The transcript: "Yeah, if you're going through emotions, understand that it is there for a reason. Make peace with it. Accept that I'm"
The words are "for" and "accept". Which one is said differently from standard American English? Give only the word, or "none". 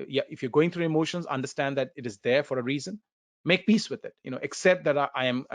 none